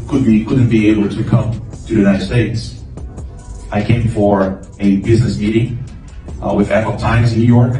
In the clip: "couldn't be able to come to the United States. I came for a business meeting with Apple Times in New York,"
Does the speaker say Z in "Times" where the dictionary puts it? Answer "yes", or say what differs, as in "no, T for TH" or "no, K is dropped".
yes